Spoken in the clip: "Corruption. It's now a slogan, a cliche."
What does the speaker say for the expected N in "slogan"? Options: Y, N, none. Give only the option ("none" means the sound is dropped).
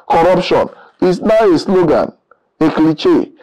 N